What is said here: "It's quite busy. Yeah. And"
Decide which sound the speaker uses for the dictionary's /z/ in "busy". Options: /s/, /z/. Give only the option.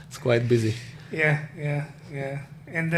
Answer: /z/